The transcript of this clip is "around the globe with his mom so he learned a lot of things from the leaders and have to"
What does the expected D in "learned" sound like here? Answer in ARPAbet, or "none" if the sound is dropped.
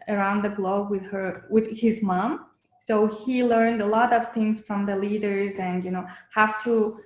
D